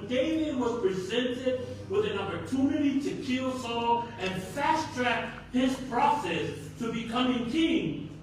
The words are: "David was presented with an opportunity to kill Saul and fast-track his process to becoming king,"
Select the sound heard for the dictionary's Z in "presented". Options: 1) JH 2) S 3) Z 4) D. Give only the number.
3